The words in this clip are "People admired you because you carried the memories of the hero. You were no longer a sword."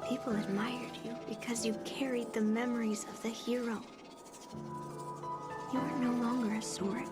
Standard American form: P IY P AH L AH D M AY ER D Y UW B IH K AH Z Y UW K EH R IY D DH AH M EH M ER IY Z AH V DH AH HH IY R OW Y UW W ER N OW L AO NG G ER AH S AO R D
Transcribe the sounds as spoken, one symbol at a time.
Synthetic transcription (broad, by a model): P IY P L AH D M AY ER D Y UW B IH K AH Z Y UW K EH R IY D DH AH M EH M ER IY Z AH V DH AH HH IY R OW Y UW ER N OW L AO NG G ER AH S AO R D